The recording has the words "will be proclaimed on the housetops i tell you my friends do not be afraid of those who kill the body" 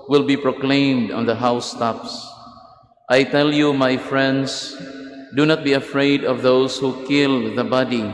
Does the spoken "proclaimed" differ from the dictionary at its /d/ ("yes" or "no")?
no